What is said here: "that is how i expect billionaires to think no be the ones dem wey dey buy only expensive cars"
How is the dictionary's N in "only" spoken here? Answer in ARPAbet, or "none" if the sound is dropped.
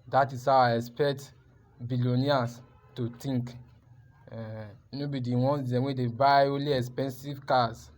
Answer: none